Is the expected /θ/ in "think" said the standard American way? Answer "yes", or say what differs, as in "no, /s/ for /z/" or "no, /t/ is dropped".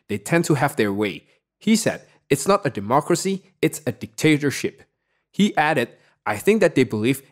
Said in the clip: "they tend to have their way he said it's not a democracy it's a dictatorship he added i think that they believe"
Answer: yes